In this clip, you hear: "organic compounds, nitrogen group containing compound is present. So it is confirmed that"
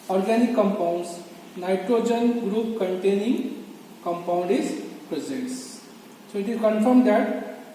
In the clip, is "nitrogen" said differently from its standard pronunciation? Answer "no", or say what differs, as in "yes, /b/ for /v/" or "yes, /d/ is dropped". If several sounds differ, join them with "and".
no